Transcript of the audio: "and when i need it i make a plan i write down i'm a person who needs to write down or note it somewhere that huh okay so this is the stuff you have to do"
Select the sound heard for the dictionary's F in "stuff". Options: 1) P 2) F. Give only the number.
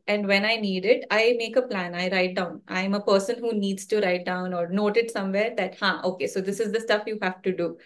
2